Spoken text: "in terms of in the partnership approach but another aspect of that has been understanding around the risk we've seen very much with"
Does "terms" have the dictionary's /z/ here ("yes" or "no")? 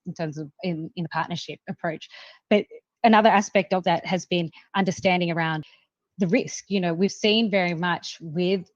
yes